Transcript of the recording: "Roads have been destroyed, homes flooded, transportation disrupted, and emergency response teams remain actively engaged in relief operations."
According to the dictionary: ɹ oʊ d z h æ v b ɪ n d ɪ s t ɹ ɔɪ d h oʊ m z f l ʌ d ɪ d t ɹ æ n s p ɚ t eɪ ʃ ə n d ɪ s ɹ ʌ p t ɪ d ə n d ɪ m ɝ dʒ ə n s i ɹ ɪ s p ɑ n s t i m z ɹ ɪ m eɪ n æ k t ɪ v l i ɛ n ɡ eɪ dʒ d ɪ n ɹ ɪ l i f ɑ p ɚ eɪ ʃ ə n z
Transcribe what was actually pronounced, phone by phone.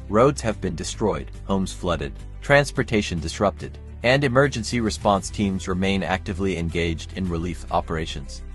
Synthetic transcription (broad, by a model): ɹ oʊ d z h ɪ v b ɪ n d ɪ s t ɹ ɔɪ d h oʊ m z f l ʌ d ɪ d t ɹ æ n s p ɚ t eɪ ʃ ə n d ɪ s ɹ ʌ p t ɪ d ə n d ɪ m ɝ dʒ ə n s i ɹ ɪ s p ɑ n s t i m z ɹ ɪ m eɪ n æ k t ɪ v l i ɛ n ɡ eɪ dʒ d ɪ n ɹ ɪ l i f ɑ p ɚ eɪ ʃ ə n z